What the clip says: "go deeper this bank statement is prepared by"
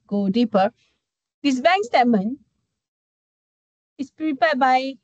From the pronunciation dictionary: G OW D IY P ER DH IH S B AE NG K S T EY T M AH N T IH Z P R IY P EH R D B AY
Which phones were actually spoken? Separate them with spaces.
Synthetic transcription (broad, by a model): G OW D IY P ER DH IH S B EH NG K S T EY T M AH N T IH S P R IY P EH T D B AY